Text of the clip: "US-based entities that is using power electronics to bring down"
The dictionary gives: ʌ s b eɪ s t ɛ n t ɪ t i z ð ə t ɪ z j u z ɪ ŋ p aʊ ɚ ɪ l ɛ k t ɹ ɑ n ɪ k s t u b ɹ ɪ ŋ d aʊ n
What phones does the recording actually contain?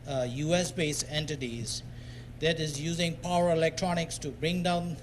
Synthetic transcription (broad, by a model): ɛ s b eɪ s ɛ n t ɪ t i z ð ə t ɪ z j u z ɪ ŋ p aʊ ɚ ɪ l ɛ k t ɹ ɑ n ɪ k s t u b ɹ ɪ ŋ d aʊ n